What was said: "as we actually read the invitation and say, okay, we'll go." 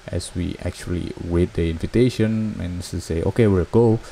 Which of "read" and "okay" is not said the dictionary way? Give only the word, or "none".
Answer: read